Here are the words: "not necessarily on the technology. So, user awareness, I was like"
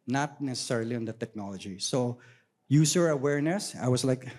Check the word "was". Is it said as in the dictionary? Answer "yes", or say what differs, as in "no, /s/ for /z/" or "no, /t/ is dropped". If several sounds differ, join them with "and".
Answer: no, /s/ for /z/